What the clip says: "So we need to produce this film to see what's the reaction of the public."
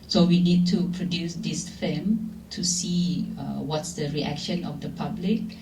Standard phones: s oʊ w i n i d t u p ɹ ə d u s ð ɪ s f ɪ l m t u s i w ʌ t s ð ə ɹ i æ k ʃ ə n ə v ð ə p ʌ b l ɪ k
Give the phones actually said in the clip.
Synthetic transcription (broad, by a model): s oʊ w i n i d t u p ɹ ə d u s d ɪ s f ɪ m t u s i w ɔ t s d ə ɹ i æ k ʃ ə n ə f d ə p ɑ b l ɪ k